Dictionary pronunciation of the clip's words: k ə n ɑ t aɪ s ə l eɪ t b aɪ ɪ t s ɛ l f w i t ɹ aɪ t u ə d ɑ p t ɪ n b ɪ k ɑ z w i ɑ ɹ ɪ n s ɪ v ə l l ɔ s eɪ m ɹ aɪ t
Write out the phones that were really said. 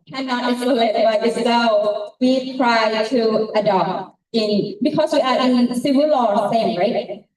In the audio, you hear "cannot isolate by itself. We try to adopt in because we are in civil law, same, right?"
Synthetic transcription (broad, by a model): k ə n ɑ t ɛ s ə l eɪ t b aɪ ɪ s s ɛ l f w i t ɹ aɪ t u ə d ɑ p t ɪ n b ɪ k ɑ s w i ɑ ɹ ɪ n s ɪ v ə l l ɔ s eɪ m ɹ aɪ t